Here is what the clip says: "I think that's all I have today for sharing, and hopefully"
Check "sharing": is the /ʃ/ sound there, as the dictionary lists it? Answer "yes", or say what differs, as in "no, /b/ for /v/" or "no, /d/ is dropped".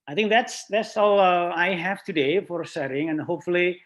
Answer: no, /s/ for /ʃ/